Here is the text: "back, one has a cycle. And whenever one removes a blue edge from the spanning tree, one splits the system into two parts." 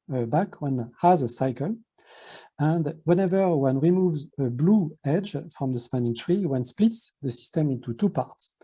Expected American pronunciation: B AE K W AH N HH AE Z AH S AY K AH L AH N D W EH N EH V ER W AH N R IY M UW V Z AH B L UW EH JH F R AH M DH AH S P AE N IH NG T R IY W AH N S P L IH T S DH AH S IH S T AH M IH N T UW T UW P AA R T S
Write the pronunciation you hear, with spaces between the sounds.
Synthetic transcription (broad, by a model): B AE K W AH N HH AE Z AH S AY K AH L AH N D W EH N EH V ER W AH N R IY M UW V Z AH B L UW EH JH F R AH M DH AH S P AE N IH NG T R IY W AH N S P L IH T S DH AH S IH S T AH M IH N T UW T UW P AA R T S